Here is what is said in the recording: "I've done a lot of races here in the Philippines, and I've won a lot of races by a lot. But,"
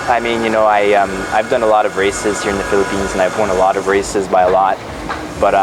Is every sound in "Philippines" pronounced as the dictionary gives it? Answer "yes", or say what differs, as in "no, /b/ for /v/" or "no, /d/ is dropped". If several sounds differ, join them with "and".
yes